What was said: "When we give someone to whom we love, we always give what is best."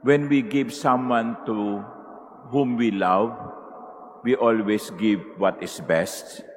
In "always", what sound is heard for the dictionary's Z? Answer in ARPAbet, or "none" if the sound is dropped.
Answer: S